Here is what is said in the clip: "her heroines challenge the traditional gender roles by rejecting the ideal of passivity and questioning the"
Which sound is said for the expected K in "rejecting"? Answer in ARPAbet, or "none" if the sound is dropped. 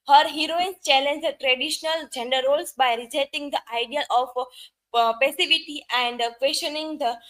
none